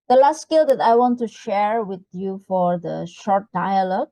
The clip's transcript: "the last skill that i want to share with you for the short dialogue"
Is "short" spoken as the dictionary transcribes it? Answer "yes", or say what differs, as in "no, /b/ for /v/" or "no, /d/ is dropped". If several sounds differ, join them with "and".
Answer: yes